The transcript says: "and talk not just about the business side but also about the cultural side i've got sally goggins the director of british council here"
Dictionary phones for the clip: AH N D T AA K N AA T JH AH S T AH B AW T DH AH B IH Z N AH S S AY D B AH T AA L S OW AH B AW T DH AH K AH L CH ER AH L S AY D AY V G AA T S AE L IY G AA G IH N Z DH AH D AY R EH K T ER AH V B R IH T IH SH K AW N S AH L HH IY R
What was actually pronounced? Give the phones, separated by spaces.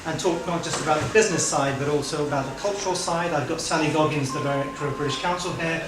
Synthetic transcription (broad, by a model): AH N T AA K N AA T JH AH S T AH B AW T DH AH B IH Z N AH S S AY D B AH T AA L S OW AH B AW T DH AH K AH L CH ER AH L S AY D AY V G AA T S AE N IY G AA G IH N Z DH AH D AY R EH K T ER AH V B R IH T IH SH K AW N S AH L HH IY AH